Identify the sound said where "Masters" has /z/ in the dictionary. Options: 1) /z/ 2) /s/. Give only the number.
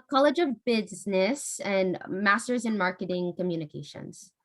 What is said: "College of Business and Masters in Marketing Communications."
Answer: 1